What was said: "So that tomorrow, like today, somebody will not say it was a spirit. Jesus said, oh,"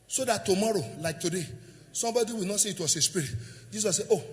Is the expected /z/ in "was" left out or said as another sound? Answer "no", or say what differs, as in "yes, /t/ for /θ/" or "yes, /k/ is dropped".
yes, /s/ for /z/